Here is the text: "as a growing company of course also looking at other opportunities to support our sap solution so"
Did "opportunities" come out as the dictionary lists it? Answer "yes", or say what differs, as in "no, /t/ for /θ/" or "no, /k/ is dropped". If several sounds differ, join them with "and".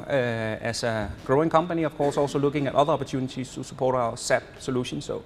no, /s/ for /z/